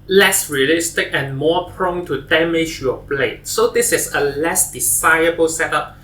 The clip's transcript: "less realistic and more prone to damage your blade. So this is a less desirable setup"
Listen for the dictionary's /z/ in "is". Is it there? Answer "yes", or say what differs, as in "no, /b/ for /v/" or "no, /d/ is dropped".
no, /s/ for /z/